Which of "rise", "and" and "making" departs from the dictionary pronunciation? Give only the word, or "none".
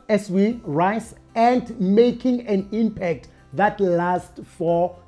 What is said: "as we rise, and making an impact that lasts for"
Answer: rise